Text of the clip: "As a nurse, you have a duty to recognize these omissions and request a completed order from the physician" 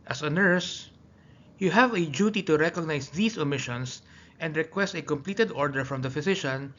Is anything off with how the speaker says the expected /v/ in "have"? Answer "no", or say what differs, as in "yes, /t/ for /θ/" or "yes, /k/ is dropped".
no